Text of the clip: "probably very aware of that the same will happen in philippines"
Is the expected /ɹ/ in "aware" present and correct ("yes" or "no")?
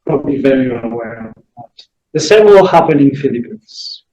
no